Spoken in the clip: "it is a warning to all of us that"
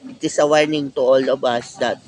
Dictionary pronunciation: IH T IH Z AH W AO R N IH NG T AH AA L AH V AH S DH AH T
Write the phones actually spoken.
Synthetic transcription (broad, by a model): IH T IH S AH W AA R N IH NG T AH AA L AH B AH S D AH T